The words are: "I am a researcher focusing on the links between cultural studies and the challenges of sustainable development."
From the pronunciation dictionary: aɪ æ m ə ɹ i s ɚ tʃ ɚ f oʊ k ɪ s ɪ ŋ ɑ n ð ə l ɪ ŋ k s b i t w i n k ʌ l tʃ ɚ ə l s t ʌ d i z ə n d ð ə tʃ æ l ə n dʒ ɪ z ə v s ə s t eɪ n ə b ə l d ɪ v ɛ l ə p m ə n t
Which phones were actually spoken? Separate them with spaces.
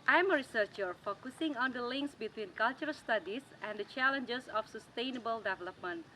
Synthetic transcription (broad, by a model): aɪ m ə ɹ i s ɚ tʃ ɚ f oʊ k ɪ s ɪ ŋ ɑ n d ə l ɪ ŋ k s b i t w i n k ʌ l tʃ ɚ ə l s t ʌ d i s ə n d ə tʃ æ l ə n dʒ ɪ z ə f s ə s t eɪ n ə b ə l d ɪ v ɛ l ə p m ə n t